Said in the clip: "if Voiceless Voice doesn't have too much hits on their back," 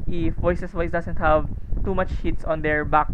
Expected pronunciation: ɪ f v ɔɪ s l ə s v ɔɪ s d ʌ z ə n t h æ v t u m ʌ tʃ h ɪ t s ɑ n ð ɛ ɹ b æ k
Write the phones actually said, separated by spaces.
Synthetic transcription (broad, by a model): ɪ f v ɔɪ s ə s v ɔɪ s d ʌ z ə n t h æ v t u m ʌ tʃ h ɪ t s ɑ n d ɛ ɹ b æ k